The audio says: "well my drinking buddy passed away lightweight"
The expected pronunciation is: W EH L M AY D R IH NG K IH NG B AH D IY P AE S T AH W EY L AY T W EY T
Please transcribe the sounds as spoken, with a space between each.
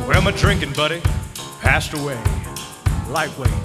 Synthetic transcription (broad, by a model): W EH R M AY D R IH NG K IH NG B AH D IY P AE S T AH W EY L AY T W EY